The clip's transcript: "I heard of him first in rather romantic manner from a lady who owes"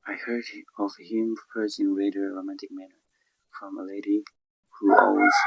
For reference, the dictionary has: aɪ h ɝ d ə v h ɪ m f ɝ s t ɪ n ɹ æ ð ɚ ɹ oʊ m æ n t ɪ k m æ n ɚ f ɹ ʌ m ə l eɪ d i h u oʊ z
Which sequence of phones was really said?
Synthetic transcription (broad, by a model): aɪ h ɝ d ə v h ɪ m p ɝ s ɪ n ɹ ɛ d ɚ ɹ oʊ m æ n t ɪ k m æ n ɚ f ɹ ʌ m ə l eɪ d i h u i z